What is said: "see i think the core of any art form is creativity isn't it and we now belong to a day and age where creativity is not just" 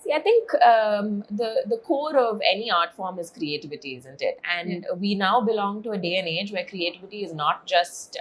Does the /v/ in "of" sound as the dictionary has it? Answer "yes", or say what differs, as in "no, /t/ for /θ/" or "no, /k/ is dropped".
yes